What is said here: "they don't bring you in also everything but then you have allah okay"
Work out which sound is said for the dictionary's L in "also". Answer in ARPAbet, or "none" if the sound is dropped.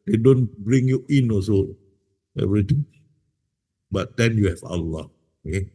none